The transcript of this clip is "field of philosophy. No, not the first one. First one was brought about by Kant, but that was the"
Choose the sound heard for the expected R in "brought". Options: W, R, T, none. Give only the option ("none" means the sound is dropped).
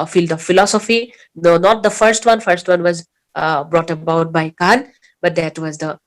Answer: R